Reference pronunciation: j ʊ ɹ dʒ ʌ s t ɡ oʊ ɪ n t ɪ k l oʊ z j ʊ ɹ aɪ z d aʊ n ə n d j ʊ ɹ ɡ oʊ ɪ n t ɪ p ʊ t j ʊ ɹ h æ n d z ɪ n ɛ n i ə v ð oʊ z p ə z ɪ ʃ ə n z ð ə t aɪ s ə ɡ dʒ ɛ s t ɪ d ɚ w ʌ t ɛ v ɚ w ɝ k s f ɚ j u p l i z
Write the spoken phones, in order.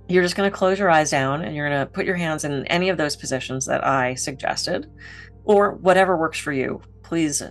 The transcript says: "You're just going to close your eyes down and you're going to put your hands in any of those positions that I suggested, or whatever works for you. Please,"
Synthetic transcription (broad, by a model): j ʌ ɹ dʒ ʌ s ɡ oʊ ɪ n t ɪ k l oʊ z j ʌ ɹ aɪ z d aʊ n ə n j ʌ ɹ ɡ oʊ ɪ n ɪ p ʊ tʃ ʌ ɹ h æ n d z ɪ n ɛ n i ə v ð oʊ z p ə z ɪ ʃ ə n z ð ə t aɪ s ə ɡ dʒ ɛ s t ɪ d ɚ w ʌ t ɛ v ɚ w ɝ k s f ɚ j u p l i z